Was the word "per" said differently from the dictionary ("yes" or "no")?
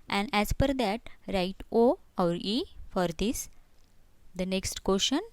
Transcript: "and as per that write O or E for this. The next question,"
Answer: yes